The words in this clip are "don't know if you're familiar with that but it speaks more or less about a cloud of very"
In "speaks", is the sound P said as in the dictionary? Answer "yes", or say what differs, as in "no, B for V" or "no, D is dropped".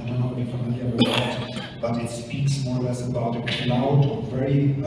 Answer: yes